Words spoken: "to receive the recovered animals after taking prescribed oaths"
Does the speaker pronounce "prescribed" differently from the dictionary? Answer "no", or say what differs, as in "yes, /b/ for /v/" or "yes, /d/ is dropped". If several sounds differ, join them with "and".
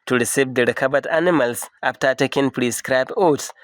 yes, /d/ is dropped